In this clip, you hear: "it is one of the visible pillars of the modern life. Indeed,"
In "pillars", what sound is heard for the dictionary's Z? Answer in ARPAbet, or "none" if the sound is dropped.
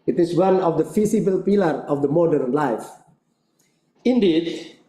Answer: none